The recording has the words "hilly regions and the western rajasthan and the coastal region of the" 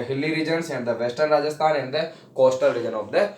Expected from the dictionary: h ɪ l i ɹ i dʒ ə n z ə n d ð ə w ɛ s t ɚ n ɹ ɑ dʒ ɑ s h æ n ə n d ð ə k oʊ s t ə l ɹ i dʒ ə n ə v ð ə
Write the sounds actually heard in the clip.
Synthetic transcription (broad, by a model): h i l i ɹ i dʒ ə n s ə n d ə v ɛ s t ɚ n ɹ ɑ dʒ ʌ s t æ n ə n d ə k oʊ s t ə l ɹ i dʒ ə n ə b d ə